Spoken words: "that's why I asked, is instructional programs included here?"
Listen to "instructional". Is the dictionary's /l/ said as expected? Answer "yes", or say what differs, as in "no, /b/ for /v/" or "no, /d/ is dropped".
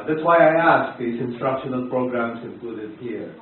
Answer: yes